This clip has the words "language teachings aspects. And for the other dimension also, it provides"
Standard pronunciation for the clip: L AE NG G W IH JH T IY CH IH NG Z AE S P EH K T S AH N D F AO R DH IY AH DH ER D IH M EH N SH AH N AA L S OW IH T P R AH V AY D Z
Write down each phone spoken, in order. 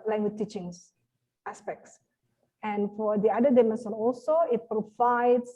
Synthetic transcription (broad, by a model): L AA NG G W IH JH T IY CH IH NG S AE S P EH K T S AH N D F AO R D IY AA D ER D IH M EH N S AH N AA L S OW IH T P R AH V AY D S